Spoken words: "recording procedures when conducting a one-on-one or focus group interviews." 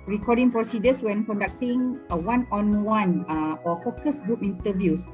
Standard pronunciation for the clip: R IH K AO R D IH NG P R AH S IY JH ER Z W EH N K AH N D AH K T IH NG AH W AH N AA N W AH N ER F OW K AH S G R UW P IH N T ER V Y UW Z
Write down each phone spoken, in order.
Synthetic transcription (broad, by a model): R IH K AO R D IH NG P R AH S IY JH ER S W EH N K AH N D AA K T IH NG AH W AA N AA N W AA N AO F OW K AH S G R UW P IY N T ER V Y UW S